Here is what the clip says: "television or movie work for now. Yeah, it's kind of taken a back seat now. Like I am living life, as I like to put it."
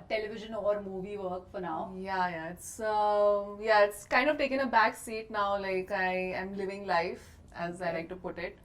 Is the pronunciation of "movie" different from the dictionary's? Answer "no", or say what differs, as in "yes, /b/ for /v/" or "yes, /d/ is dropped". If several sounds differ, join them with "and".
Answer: no